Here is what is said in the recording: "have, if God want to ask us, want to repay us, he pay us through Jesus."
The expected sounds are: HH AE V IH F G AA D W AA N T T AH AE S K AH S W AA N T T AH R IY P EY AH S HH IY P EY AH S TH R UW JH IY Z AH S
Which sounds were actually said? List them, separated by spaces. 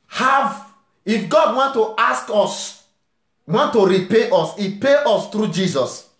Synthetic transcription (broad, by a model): HH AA V IH F G AA D W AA N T T AH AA S K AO S W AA N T T AH R IY P EY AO S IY P EY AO S T R UW JH IY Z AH S